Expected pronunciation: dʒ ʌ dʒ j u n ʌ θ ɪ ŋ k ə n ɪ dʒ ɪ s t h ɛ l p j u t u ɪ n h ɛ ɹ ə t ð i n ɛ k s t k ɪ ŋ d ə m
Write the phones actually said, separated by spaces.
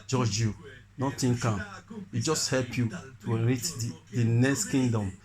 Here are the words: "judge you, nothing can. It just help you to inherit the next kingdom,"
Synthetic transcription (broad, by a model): dʒ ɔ dʒ j u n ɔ t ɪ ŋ k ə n ɪ dʒ ɪ s t h ɛ l p j u t u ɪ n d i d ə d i n ɛ k s t k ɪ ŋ d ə m